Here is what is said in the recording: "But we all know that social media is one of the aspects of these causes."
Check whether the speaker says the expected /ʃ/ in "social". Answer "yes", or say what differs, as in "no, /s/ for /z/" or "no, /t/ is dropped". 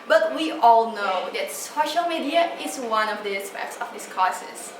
yes